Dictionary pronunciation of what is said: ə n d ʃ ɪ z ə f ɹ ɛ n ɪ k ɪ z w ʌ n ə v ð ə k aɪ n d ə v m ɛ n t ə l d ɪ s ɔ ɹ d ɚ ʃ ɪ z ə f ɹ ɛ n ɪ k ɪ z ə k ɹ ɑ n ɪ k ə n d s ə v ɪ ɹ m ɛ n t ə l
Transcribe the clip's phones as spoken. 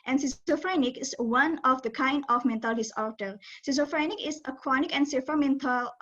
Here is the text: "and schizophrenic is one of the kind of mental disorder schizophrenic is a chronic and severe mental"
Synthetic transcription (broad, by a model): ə n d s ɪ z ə f ɹ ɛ n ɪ k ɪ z w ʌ n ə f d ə k aɪ n d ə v m ɛ n t ə l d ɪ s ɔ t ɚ s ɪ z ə f ɹ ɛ n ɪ k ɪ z ə k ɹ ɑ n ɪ k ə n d s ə f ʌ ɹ m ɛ n t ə l